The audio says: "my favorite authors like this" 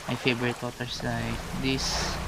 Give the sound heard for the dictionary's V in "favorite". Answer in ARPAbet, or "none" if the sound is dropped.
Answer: B